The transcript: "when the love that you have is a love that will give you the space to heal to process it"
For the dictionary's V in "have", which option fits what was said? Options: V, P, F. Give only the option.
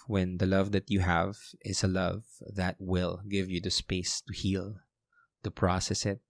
V